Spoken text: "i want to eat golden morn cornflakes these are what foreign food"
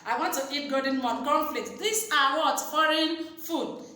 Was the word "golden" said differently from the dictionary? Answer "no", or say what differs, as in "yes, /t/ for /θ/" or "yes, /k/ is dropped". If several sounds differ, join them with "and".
yes, /l/ is dropped